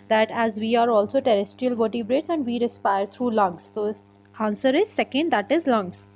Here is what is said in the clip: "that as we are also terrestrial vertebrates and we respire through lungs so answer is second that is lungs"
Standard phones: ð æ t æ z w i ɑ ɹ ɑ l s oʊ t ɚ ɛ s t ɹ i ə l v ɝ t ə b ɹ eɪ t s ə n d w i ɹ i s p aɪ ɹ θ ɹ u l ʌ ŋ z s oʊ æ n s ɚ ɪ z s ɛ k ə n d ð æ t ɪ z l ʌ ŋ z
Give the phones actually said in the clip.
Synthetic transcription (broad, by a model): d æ t æ z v i ɑ ɹ ɑ l s oʊ t ɚ ɛ s t ɹ i ə l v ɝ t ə b ɹ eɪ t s ə n d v i ɹ i s p aɪ ɹ t ɹ u l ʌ ŋ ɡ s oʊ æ n s ɚ ɪ z s ɛ k ə n d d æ t ɪ z l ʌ ŋ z